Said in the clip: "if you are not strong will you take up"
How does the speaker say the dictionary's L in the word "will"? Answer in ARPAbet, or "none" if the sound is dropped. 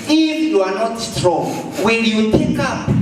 N